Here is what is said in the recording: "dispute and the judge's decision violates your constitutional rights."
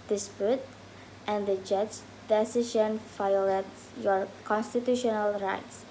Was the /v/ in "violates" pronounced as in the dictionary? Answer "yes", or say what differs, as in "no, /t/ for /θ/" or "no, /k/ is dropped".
no, /f/ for /v/